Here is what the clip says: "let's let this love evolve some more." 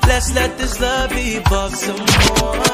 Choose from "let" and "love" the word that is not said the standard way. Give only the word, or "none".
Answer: love